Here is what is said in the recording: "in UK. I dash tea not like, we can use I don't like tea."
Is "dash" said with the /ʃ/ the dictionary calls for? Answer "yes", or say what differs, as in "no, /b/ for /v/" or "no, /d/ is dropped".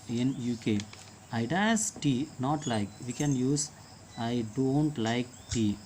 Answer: no, /s/ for /ʃ/